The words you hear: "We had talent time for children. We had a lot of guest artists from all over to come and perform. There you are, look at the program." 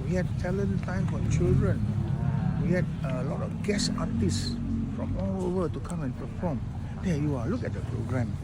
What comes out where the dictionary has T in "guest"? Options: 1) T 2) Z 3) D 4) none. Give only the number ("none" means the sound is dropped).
4